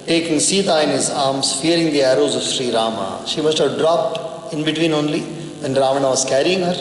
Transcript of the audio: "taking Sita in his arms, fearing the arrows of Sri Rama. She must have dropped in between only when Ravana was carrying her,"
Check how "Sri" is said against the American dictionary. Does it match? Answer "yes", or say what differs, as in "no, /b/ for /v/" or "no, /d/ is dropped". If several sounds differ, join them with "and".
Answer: yes